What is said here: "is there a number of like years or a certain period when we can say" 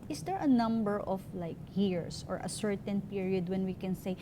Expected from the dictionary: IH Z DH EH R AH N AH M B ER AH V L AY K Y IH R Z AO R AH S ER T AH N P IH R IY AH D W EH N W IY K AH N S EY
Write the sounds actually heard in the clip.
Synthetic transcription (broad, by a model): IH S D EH R AH N AH M B ER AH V L AY K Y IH R S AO R AH S ER T AH N P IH R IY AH D W EH N W IY K AH N S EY